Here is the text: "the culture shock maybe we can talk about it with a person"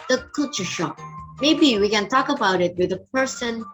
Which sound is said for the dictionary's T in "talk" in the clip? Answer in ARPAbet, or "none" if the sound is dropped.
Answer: T